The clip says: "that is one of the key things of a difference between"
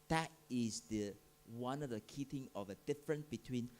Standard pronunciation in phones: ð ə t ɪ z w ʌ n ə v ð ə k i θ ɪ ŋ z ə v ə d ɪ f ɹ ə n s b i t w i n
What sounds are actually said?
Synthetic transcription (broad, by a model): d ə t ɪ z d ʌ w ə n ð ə k i t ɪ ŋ ə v ə d ɪ f ɹ ə n s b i t w i n